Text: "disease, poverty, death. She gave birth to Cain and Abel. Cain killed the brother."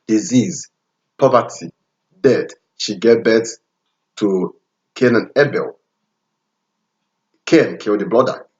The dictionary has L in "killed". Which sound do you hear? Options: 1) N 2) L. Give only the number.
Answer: 1